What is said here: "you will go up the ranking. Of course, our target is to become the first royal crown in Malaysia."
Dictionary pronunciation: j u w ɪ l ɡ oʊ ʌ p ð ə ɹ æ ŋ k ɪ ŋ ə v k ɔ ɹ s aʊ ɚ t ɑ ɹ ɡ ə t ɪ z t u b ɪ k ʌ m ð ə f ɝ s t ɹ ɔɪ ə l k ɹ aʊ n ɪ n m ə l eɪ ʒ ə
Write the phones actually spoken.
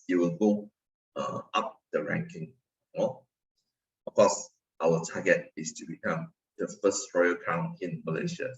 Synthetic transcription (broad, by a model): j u w ɪ l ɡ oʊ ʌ p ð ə ɹ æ ŋ k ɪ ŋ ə f k ɔ s aʊ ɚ t ɑ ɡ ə t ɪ s t u b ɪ k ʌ m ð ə f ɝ s t ɹ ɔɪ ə k aʊ n ɪ n m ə l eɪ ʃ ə